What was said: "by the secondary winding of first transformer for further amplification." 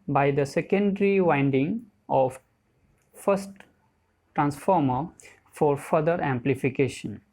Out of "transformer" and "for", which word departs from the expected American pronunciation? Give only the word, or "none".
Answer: none